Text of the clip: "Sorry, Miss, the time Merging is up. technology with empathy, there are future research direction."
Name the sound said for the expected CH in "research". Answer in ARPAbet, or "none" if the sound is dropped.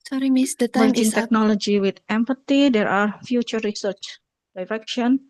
CH